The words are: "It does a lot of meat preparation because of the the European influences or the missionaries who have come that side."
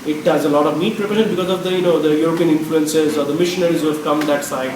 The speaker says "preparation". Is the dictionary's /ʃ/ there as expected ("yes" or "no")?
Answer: no